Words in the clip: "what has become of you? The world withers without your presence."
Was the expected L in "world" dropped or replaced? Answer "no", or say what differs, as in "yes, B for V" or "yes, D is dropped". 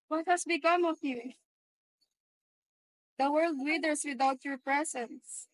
no